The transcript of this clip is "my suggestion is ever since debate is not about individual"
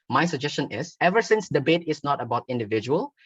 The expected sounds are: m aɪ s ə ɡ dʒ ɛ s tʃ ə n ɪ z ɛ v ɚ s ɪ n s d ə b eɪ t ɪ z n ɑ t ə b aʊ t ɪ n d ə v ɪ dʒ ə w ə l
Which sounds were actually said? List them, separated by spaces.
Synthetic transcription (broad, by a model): m aɪ s ə ɡ dʒ ɛ s tʃ ə n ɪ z ɛ v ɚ s ɪ n s d ə b eɪ t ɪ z n ɑ t ə b aʊ t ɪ n d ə v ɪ dʒ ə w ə l